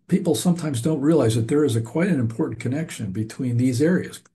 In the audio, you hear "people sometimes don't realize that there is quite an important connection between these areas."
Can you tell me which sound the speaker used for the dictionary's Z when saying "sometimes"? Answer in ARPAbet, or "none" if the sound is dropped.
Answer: Z